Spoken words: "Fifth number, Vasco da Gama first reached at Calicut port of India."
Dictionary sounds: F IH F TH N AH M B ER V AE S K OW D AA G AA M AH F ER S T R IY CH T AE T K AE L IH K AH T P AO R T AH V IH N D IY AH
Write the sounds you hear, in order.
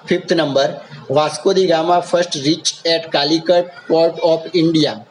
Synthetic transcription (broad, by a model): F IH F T N AH M B ER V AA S K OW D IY G AA M AH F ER S T R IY CH EH T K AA L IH K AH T P AO R T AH P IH N D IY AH